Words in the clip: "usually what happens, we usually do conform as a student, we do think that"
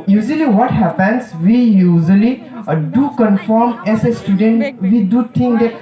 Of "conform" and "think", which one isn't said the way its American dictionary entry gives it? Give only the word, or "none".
think